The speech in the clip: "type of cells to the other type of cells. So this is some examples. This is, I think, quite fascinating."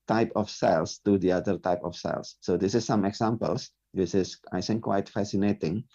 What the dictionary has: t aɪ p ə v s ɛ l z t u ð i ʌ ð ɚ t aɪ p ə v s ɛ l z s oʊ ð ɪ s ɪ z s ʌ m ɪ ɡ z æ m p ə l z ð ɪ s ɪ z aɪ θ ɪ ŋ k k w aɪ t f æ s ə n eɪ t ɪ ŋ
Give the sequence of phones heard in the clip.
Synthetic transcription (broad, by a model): t aɪ p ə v s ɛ l s t u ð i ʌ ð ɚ t aɪ p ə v s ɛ l s oʊ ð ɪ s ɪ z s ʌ m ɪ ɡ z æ m p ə l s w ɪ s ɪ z aɪ s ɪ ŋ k k w aɪ t f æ s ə n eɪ t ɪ ŋ